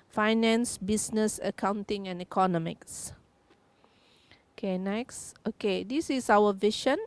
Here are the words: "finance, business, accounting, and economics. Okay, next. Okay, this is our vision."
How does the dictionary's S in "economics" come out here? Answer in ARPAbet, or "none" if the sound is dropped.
S